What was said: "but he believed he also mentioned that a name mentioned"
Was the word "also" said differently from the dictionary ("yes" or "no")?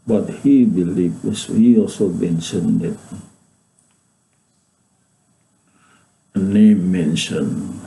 no